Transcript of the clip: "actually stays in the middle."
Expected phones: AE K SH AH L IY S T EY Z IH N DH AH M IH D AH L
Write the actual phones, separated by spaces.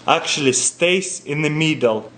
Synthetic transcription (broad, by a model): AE K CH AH L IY S T EY S IH N DH AH M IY D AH L